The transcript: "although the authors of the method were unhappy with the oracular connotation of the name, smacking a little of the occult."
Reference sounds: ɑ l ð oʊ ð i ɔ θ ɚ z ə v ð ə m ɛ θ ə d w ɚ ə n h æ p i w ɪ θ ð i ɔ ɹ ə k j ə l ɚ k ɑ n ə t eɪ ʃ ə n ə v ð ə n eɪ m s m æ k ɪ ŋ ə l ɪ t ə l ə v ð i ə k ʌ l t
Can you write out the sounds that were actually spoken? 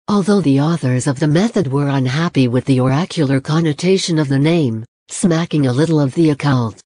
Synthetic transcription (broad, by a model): ɑ l ð oʊ ð i ɔ θ ɚ z ə v ð ə m ɛ θ ə d w ɚ ə n h æ p i w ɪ ð i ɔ ɹ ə k j l ɚ k ɑ n ə t eɪ ʃ ə n ə v ð ə n eɪ m s m æ k ɪ ŋ ə l ɪ t l ə v ð i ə k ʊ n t